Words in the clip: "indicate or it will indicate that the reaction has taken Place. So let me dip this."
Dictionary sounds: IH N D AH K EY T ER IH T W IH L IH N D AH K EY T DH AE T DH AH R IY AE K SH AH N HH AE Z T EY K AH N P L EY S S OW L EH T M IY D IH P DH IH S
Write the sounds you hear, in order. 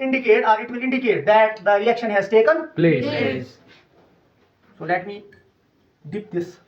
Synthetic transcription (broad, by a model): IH N D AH K EY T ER IH T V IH L IH N D AH K EY T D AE T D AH L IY K SH AH N HH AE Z T EY K AH N P L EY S S OW L EH T M IY D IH P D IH S